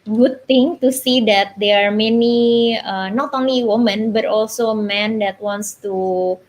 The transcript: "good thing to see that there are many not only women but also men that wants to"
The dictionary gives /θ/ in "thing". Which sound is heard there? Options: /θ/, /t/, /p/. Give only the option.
/t/